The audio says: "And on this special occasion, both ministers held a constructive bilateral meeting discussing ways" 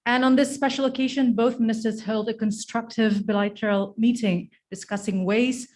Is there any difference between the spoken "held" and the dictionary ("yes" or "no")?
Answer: no